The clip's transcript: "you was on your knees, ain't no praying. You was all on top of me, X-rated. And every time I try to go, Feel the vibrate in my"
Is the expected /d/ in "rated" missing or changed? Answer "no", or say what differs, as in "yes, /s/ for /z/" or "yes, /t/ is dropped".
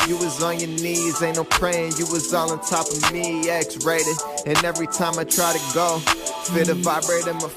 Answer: yes, /d/ is dropped